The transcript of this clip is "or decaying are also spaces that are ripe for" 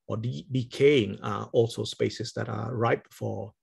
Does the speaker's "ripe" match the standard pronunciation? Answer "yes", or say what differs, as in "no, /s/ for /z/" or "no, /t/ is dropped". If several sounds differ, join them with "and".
no, /b/ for /p/